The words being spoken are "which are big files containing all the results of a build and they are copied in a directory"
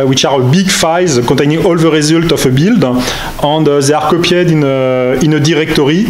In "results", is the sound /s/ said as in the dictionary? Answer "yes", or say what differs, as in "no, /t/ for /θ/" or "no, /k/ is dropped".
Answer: no, /s/ is dropped